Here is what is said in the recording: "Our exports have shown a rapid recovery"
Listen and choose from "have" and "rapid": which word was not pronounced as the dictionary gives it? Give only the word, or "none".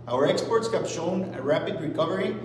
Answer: have